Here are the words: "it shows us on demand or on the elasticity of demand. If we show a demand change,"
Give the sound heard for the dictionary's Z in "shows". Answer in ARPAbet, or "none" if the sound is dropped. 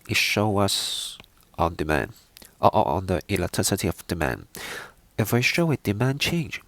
none